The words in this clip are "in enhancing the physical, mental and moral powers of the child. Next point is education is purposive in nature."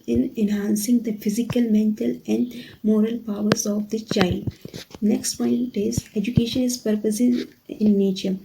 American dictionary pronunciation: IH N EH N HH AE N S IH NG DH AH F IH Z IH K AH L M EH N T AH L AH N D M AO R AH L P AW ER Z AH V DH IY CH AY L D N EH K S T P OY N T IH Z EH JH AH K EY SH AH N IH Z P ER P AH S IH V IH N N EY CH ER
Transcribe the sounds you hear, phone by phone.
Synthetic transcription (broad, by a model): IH N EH N HH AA N S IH NG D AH F IH Z IH K AH L M EH N T AH L AH N D M AO R AH L P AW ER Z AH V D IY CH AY D N EH K S T P OY N T IH Z EH JH AH K EY SH AH N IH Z P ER P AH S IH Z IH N N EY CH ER